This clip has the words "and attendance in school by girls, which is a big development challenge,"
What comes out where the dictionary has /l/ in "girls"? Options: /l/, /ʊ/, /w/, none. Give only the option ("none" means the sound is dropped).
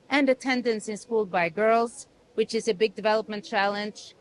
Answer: /l/